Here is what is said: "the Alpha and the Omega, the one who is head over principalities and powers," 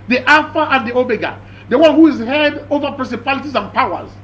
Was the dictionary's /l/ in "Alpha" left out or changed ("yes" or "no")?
yes